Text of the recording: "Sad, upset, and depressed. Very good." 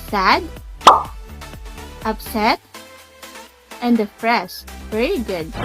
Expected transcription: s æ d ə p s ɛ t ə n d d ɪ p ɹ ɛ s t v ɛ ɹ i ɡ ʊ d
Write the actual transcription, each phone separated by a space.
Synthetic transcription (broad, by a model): s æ d ə p s ɛ t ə n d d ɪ f ɹ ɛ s v ɛ ɹ i ɡ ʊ d